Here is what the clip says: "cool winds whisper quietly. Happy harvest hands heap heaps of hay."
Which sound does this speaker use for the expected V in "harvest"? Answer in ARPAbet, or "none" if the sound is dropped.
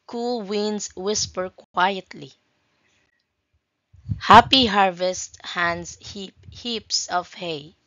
V